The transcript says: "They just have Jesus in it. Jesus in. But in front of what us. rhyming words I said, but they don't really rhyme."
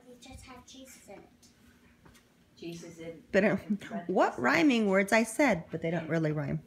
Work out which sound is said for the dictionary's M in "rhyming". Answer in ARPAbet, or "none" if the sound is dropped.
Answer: M